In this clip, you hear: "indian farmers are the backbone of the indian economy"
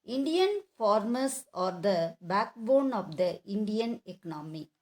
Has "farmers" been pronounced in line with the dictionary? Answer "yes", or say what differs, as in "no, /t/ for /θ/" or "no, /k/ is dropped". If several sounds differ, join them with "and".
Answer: no, /s/ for /z/